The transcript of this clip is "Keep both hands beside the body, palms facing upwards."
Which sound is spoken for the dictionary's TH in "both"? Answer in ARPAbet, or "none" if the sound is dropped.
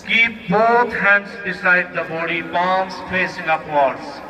T